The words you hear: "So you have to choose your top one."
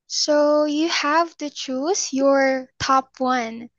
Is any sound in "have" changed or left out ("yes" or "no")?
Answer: no